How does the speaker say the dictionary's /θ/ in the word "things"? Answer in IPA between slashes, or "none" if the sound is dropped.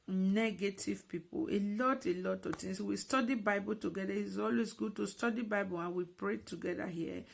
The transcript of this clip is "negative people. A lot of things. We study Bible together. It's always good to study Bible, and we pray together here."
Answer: /t/